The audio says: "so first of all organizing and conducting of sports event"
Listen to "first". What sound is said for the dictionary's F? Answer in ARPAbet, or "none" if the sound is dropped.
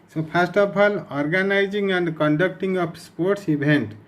P